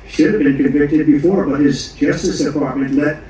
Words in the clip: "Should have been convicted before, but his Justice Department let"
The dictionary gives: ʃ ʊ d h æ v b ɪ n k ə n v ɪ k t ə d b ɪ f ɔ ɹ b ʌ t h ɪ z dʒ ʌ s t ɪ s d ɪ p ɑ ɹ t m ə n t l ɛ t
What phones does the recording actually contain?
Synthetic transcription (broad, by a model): ʃ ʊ d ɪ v b ɪ n k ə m v ɪ k t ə d b ɪ f ɔ ɹ b ʌ t h ɪ z dʒ ʌ s t ɪ s d ɪ p ɑ ɹ t m ə n t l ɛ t